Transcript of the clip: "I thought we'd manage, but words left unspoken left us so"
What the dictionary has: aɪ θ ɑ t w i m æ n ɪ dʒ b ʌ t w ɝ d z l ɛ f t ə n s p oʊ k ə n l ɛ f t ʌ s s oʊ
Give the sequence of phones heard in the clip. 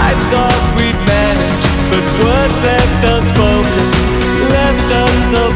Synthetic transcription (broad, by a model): aɪ θ ɑ t w i m æ n ɪ dʒ b ʌ t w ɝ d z l ɛ f t ə s b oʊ ə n l ɛ f t ʌ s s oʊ